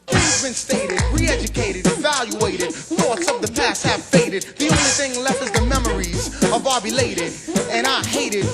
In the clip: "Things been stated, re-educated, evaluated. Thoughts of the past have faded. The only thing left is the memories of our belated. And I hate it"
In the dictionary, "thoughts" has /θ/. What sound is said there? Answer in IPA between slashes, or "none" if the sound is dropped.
/θ/